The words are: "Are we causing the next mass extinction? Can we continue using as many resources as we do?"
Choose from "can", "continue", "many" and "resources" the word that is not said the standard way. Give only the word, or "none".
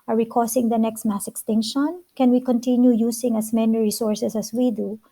resources